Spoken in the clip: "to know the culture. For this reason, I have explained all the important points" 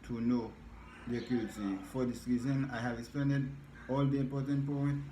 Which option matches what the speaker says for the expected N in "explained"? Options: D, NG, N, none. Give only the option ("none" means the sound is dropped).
none